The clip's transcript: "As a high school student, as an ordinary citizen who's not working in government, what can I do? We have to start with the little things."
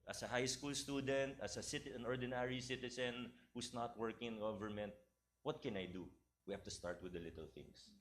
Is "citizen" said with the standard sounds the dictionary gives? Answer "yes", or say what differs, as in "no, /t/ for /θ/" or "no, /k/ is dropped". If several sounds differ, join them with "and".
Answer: no, /s/ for /z/